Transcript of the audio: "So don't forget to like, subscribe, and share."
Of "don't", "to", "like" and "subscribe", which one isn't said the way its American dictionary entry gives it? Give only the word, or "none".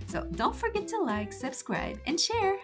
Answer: none